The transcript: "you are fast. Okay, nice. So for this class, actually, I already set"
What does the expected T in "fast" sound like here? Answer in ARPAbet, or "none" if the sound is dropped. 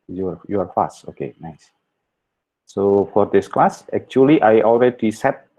none